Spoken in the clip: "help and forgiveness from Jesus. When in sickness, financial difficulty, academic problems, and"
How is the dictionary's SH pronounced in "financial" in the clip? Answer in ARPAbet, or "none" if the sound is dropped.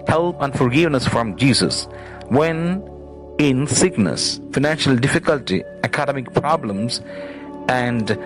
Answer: SH